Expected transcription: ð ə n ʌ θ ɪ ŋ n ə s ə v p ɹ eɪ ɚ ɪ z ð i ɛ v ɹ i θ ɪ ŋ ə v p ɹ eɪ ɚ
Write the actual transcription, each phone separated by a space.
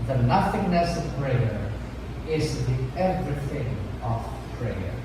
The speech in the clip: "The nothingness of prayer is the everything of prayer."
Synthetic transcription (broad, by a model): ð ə n ʌ θ ɪ ŋ n ə s ə v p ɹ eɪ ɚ ɪ z ð i ɛ v ɹ i θ ɪ ŋ ə v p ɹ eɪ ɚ